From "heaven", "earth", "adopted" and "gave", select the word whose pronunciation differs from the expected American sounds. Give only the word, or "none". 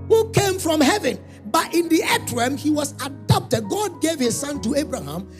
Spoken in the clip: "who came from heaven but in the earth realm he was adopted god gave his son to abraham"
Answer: earth